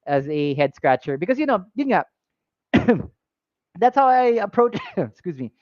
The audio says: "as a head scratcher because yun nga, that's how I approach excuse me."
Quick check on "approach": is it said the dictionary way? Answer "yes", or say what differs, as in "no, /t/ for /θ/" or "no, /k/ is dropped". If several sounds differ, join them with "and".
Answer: no, /tʃ/ is dropped